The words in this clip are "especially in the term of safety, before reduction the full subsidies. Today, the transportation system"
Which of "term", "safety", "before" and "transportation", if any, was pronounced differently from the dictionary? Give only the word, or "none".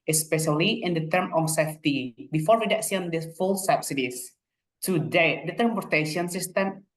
transportation